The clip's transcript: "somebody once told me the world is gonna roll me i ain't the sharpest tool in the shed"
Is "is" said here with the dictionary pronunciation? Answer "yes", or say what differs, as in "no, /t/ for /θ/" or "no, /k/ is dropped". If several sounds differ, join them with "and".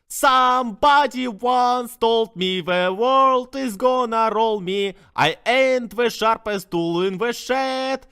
yes